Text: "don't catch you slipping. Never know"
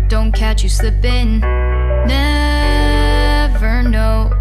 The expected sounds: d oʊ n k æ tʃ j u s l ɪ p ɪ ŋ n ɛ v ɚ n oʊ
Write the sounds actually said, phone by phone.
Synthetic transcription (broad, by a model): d oʊ n k æ tʃ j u s ɪ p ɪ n n ɛ v ɚ n oʊ